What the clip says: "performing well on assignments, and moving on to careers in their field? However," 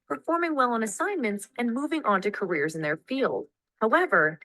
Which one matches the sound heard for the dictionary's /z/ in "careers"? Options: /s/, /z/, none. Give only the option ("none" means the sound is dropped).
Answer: /z/